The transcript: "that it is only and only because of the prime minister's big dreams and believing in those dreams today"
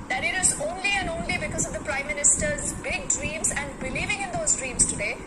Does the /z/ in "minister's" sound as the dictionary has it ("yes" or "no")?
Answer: yes